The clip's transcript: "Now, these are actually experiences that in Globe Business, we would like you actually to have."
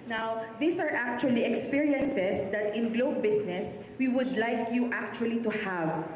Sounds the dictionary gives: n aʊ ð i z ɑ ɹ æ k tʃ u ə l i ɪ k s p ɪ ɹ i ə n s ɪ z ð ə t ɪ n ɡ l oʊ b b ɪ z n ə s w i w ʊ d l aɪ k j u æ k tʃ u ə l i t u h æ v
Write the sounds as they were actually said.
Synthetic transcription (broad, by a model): n aʊ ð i s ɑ ɹ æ k tʃ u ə l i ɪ k s p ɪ ɹ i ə n s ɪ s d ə t ɪ n ɡ l oʊ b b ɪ s n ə s w i w ʊ d l aɪ k j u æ k tʃ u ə l i t u h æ v